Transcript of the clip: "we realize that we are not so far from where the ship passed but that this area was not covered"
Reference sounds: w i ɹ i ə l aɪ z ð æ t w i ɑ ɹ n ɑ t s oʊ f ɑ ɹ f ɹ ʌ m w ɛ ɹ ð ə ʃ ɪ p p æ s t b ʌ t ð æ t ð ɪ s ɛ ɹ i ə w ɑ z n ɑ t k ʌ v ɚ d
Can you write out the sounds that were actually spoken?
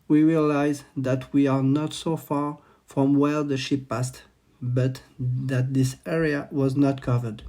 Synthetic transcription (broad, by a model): w i ɹ i ə l aɪ z ð æ t w i ɑ ɹ n ɑ t s oʊ f ɑ ɹ f ɹ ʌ m w ɛ ɹ ð ə ʃ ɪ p p æ s t b ʌ t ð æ t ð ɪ s ɛ ɹ i ə w ɑ z n ɑ t k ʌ v ɚ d